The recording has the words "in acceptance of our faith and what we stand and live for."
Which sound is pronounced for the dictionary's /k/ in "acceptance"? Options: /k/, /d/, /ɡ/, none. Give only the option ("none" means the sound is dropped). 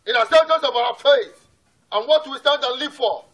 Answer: none